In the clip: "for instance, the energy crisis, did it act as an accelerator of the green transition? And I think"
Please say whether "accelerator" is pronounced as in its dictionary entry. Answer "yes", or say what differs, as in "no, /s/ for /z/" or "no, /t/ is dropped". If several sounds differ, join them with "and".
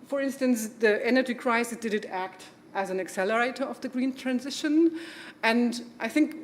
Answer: yes